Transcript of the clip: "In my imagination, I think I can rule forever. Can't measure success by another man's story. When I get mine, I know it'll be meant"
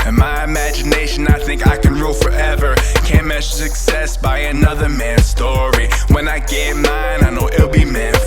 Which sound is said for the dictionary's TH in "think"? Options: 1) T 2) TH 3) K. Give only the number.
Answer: 2